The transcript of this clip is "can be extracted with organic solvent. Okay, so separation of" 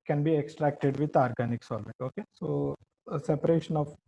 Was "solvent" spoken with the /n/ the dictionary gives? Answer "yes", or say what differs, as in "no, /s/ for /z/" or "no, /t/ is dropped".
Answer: no, /n/ is dropped